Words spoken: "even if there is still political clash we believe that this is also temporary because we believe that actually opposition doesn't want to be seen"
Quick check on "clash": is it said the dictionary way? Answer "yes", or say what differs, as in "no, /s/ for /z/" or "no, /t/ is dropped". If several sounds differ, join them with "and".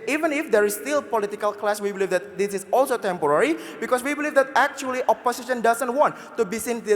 no, /s/ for /ʃ/